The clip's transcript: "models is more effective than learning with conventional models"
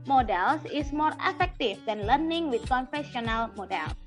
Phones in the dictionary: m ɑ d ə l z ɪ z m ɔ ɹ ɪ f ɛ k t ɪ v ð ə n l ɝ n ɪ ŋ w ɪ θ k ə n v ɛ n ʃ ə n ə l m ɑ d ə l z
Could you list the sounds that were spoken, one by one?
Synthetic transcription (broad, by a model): m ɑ d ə l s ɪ s m ɔ ɹ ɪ f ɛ k t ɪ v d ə n l ɝ n ɪ ŋ w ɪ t k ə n f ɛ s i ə n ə l m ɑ d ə l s